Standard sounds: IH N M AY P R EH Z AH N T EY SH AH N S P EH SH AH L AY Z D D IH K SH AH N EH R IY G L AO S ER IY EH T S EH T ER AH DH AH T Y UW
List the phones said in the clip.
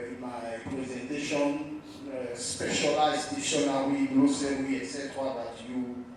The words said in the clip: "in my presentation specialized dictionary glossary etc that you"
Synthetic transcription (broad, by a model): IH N M AY P R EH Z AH N T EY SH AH N S P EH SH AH L AY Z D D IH SH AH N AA W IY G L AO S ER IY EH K S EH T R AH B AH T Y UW